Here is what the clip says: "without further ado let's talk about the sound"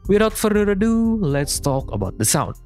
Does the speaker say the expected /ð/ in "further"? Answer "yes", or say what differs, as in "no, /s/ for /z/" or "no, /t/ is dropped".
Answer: no, /ð/ is dropped